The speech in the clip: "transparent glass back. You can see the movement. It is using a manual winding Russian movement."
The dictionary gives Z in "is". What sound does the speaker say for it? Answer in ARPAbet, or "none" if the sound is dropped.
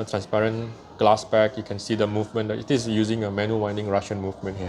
S